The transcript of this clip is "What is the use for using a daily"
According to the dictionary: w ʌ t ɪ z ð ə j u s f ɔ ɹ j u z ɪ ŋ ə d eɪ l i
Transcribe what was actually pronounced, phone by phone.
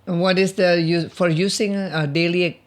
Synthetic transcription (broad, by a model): w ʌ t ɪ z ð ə j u f ɔ ɹ j u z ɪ ŋ ə d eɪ l i